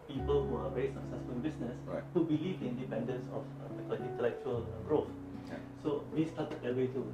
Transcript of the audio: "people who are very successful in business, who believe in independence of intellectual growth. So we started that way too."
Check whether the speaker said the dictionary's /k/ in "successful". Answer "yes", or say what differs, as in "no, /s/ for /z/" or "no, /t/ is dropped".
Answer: no, /k/ is dropped